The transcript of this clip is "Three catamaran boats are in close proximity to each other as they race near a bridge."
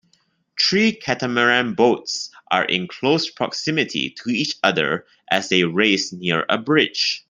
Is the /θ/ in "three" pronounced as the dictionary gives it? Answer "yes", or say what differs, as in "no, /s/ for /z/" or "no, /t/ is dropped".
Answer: no, /t/ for /θ/